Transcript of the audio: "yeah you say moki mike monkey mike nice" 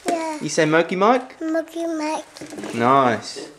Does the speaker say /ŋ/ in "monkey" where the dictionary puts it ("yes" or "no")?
no